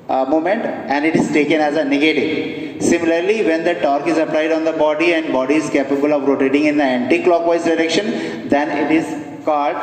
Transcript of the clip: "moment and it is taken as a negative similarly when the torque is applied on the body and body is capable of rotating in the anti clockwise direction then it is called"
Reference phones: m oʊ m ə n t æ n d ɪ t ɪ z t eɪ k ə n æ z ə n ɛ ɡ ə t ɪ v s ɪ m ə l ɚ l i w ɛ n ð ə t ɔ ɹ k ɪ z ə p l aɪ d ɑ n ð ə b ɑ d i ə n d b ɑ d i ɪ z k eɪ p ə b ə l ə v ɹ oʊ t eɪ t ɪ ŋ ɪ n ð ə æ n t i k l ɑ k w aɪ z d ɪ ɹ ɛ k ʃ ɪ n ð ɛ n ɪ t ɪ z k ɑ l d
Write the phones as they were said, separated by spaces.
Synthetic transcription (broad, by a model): m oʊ m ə n t æ n d ɪ t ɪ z t eɪ k ə n æ z ə n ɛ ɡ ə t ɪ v s ɪ m ə l ɚ l i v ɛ n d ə t ɔ ɹ k ɪ z ə p l aɪ d ɑ n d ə b ɑ d i ə n d b ɑ d i ɪ z k eɪ p ə b ə l ə v ɹ oʊ t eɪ t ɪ ŋ ɪ n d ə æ n t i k l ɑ k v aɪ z d ɪ ɹ ɛ k ʃ ɪ n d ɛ n ɪ t ɪ z k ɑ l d